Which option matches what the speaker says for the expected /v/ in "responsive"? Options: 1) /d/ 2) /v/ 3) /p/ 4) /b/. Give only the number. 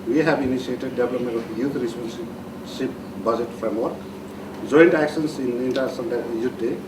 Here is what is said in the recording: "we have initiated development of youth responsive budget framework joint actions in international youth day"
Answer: 3